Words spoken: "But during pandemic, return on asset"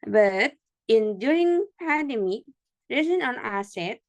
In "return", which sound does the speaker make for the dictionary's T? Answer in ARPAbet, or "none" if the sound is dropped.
S